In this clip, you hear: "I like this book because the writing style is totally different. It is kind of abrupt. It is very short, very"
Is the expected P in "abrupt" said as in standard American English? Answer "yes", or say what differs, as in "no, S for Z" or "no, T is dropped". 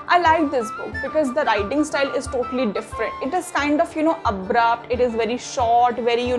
yes